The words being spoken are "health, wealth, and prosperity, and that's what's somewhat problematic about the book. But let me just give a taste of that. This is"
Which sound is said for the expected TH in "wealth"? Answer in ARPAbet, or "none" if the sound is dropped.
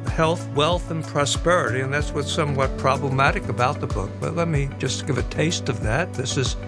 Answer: TH